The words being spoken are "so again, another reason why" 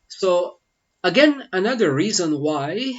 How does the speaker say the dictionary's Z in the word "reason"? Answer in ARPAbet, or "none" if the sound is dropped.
Z